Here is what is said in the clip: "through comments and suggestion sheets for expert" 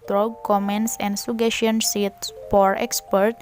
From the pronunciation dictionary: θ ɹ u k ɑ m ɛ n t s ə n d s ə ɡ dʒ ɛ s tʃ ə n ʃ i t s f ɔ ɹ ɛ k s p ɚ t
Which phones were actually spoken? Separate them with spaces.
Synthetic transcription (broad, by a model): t ɹ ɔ k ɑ m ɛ n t s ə n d s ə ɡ ɛ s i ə n s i t s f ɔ ɹ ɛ k s p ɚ t